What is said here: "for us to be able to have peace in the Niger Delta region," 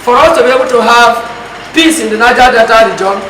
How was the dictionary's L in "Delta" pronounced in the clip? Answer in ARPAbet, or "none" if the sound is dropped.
none